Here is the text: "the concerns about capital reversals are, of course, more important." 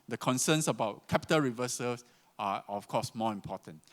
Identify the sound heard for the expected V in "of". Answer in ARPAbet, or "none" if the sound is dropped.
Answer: F